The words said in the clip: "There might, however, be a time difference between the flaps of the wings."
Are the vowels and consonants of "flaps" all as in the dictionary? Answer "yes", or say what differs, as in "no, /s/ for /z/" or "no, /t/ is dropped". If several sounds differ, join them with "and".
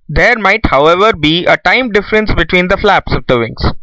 yes